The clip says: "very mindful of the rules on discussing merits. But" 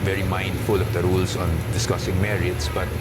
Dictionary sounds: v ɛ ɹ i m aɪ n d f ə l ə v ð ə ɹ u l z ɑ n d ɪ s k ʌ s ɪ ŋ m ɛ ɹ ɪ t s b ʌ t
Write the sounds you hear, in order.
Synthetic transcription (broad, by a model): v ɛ ɹ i m aɪ n d f ə l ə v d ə ɹ u l s ɑ n d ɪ s k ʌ s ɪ ŋ m ɛ ɹ ɪ t s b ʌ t